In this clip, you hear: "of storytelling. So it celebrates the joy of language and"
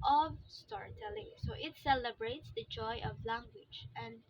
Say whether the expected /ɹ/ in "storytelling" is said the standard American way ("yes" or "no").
yes